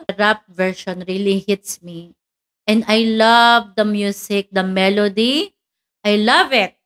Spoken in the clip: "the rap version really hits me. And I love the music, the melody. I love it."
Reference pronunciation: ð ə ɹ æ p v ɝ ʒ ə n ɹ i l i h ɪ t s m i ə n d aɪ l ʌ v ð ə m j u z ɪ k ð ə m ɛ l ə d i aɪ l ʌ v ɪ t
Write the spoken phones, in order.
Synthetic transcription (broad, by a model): ɹ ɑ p v ɝ ʃ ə n ɹ i l i h ɪ t s m i ə n d aɪ l ʌ v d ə m j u s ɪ k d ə m ɛ l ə d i aɪ l ʌ v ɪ t